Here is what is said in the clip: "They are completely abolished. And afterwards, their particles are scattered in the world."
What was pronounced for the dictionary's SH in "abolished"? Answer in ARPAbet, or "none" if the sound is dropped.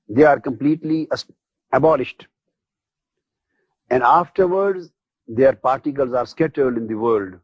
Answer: SH